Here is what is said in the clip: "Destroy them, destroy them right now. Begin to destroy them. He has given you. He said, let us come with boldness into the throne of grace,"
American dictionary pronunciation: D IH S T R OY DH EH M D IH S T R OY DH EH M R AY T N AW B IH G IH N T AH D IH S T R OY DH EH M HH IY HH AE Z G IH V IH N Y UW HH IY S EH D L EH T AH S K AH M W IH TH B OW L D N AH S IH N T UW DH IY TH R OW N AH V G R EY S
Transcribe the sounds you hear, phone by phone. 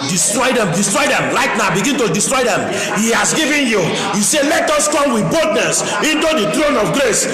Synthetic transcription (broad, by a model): D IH S T R OY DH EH M D IH S T R OY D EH M L AY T N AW B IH G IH N T AH D IH S T R OY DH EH M HH IY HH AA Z G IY V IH N Y UW HH IY S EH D L EH T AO S K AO M W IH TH B OW D N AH S IH N T UW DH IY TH R OW N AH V G R EY S